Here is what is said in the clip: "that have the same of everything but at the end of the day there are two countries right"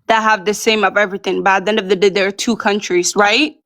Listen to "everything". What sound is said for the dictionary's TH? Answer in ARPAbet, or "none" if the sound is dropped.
TH